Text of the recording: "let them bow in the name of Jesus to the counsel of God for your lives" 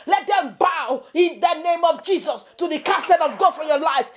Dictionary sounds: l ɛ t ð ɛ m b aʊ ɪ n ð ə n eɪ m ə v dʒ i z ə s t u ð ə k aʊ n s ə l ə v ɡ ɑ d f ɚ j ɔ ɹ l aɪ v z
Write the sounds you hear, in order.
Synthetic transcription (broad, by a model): l ɛ t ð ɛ m b aʊ ɪ n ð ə n eɪ m ə v dʒ i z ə s t u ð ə k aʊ s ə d ə v ɡ ɑ d f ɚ j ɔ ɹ l aɪ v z